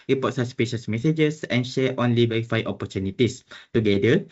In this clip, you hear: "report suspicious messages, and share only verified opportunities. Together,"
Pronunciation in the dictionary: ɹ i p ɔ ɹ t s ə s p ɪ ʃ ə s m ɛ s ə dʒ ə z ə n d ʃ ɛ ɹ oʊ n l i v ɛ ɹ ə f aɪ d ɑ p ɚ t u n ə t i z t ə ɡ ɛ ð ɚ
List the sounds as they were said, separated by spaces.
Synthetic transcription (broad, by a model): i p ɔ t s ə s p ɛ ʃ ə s m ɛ s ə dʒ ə s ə n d ʃ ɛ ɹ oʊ n l i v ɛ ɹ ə f aɪ ɑ p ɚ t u n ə t i s t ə ɡ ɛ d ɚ